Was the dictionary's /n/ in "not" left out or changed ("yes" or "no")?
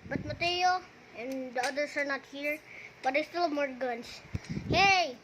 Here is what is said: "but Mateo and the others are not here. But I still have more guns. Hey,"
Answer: no